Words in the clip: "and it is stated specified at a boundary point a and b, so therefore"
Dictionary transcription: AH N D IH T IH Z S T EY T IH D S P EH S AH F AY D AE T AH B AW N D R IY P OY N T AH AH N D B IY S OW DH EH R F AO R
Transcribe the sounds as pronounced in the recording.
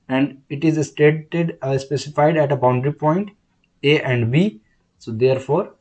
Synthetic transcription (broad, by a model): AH N D IH T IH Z S T EY T IH D S P EH S AH F AY D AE T AH B AW N D R IY P OY N T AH AH N D B IY S OW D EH R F AO R